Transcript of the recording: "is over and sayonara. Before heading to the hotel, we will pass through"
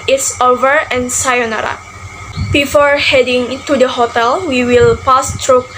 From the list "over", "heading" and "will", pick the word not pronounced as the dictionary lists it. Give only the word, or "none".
none